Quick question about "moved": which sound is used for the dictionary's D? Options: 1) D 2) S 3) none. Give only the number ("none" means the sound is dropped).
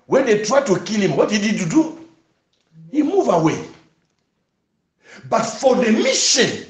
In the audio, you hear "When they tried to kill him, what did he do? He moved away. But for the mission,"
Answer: 3